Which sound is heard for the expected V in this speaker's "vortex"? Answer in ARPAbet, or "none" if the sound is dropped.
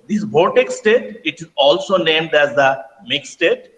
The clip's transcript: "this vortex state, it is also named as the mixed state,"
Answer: B